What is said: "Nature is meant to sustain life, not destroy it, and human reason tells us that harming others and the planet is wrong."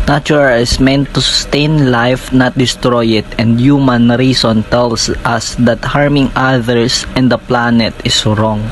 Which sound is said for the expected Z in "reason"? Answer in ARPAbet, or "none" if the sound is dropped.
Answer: S